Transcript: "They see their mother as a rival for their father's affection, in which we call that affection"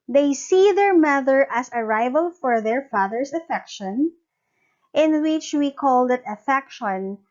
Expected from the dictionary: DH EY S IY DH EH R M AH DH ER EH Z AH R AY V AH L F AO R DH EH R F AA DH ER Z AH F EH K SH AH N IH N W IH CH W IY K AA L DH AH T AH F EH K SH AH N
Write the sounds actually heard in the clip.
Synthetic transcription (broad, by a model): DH EY S IY DH EH R M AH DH ER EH S AH R AY V AH L F AO R DH EH R F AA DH ER S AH F EH K SH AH N IH N W IH CH W IY K AA L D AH T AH F EH K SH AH N